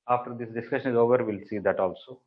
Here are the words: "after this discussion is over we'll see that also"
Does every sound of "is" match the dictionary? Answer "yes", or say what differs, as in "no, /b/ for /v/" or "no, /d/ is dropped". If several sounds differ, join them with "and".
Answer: yes